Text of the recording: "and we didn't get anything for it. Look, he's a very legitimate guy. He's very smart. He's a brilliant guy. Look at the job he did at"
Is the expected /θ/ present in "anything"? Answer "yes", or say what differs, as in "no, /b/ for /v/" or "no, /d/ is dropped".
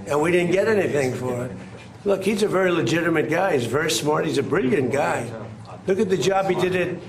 yes